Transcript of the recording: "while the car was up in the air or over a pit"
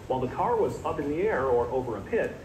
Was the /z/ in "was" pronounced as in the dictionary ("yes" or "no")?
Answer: yes